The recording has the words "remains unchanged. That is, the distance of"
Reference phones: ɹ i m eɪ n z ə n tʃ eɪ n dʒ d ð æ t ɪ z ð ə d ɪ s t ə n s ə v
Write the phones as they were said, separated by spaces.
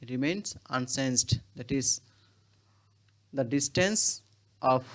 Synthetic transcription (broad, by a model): ɹ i m eɪ n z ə n s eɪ n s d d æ t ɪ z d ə d ɪ s t ə n s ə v